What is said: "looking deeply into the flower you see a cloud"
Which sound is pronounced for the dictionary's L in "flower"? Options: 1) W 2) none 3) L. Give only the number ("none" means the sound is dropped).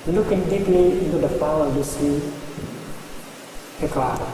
2